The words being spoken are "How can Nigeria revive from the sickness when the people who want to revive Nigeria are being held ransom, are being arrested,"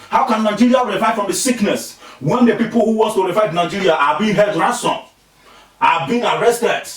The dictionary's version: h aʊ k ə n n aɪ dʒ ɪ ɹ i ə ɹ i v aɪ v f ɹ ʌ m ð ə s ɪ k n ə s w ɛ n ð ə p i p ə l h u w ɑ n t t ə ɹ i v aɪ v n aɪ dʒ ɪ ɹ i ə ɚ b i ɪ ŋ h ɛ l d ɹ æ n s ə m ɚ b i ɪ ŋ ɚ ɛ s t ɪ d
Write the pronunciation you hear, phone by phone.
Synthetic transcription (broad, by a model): h aʊ k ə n n aɪ dʒ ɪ ɹ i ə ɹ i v aɪ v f ɹ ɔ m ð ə s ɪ k n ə s w ɛ n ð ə p i p ə l h u w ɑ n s t ə ɹ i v aɪ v n aɪ dʒ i ɹ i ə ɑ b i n h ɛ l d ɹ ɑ s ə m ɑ b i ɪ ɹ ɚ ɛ s t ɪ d